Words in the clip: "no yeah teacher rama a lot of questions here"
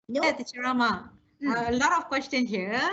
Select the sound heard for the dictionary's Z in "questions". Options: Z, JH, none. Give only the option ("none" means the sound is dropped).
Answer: none